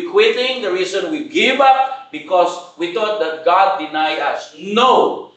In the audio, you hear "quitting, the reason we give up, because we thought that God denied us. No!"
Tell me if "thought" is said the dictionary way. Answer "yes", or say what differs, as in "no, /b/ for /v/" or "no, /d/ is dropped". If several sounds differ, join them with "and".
no, /t/ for /θ/